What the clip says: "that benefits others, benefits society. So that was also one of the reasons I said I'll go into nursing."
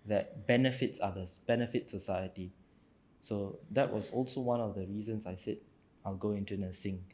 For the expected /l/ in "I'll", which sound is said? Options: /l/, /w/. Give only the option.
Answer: /l/